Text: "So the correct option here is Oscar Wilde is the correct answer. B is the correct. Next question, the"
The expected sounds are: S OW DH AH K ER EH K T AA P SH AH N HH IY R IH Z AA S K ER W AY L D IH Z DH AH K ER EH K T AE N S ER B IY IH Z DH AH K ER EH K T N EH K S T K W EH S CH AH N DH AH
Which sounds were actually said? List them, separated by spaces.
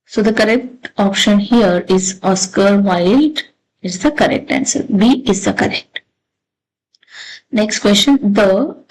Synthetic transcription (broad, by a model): S OW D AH K ER EH K T AA P SH AH N HH IY R IH Z AA S K ER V AY L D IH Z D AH K ER EH K T AE N S ER B IY IH Z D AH K ER EH K T N EH K S T K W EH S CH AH N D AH